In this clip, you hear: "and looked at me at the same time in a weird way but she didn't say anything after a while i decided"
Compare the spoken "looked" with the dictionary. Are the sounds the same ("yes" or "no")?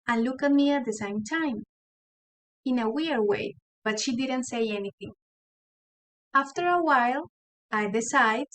no